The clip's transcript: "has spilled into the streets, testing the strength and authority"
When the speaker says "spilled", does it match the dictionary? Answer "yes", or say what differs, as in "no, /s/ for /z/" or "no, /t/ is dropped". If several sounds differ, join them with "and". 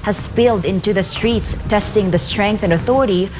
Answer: yes